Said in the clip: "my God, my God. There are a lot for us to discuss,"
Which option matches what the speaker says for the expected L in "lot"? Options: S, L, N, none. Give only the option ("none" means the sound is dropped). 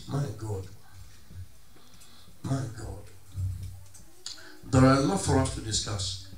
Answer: N